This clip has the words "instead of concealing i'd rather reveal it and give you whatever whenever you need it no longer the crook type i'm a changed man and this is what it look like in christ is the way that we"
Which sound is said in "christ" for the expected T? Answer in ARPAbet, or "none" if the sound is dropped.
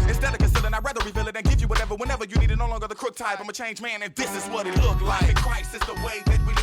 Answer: none